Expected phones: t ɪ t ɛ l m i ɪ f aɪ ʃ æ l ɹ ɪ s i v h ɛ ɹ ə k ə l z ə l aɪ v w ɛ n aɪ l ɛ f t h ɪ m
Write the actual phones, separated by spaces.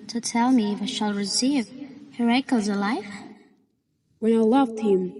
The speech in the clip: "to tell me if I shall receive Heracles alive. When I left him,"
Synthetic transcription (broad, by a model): t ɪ t ɛ l m i ɪ f aɪ ʃ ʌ l ɹ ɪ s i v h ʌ ɹ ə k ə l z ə l aɪ f w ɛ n aɪ l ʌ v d h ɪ m